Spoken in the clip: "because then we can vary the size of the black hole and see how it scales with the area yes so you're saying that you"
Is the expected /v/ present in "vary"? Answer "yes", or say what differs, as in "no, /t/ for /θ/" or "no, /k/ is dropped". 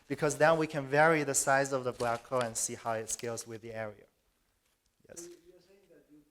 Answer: yes